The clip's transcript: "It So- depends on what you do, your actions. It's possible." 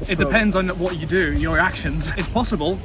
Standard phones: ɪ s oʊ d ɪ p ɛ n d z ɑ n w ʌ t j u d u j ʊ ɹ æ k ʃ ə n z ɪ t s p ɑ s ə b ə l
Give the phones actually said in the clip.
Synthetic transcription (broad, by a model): ɪ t d ɪ p ɛ n d z n w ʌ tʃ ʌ d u j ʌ ɹ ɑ k ʃ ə n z ɪ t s p ɑ s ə b ə l